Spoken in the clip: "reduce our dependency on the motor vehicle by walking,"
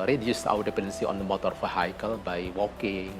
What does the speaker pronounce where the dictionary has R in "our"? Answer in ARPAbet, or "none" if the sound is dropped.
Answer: W